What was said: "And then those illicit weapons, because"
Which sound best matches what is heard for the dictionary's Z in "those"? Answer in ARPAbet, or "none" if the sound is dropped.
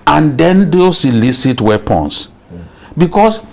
S